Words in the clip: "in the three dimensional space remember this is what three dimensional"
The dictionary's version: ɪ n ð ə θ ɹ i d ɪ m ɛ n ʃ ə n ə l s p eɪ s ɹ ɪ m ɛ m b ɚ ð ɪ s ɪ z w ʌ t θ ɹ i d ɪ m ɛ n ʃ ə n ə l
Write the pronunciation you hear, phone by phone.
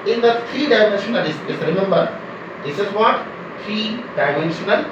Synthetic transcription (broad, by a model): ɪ n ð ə t ɹ i d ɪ m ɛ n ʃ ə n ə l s ɪ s ɹ ɪ m ɛ m b ɚ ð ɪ s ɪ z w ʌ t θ ɹ i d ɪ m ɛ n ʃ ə n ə l